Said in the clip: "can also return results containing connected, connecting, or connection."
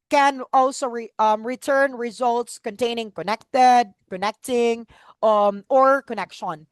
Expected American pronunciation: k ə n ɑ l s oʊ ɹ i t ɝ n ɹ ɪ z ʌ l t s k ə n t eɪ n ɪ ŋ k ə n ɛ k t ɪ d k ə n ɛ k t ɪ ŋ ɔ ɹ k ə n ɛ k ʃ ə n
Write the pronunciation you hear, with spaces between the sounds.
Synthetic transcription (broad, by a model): k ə n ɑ l s oʊ ɹ i t ɝ n ɹ ɪ z ʌ l t s k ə n t eɪ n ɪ ŋ k ə n ɛ k t ɪ d k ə n ɛ k t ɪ ŋ ɔ ɹ k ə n ɛ k ʃ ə n